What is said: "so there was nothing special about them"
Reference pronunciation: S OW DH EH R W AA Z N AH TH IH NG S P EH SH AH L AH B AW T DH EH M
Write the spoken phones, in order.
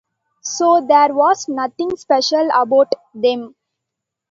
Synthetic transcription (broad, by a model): S OW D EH R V AA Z N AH T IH NG S P EH SH AH L AH B AW T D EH M